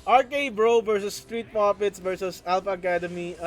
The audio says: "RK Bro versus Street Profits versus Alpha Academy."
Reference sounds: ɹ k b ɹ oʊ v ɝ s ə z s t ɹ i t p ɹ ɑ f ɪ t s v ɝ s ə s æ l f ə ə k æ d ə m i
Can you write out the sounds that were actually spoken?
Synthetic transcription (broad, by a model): ɹ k b ɹ oʊ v ɝ s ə s t ɹ i t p ɑ p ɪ t s v ɝ s ə s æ l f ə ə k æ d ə m i